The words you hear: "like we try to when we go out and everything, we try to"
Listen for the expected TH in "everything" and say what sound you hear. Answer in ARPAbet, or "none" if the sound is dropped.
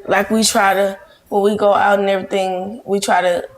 TH